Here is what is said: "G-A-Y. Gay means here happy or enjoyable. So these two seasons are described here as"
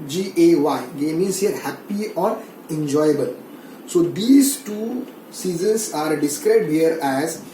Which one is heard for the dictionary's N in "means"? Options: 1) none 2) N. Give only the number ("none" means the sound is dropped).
1